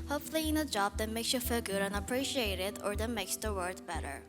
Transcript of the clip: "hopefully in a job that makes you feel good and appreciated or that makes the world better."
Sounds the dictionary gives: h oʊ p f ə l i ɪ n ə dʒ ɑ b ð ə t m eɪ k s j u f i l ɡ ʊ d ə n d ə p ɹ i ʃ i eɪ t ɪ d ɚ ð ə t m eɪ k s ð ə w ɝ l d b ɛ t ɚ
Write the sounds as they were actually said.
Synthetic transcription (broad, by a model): h oʊ p f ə l i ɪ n ə dʒ ɑ b ð ə t m eɪ k s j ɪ f i l ɡ ʊ d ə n ə p ɹ i ʃ i eɪ t ɪ d ɚ ð ə t m eɪ k s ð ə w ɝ d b ɛ t ɚ